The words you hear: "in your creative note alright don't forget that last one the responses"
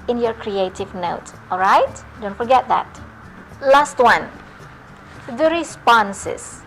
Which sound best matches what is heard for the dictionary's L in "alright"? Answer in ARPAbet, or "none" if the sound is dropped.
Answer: L